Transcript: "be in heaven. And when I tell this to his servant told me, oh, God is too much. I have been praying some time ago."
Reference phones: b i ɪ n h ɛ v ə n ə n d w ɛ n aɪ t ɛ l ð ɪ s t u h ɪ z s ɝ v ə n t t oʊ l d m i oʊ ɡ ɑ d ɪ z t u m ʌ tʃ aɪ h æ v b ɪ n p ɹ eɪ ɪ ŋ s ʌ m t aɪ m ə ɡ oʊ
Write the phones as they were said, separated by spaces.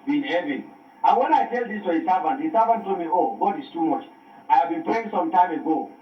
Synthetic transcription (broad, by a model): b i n h ɛ v ə n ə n w ɛ n aɪ t ɛ l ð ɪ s t u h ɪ s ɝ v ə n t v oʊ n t m i oʊ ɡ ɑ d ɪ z t u m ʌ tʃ aɪ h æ v b ɪ n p eɪ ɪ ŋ s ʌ m t aɪ m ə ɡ oʊ